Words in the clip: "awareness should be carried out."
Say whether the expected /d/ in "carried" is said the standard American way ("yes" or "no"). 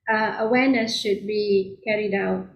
yes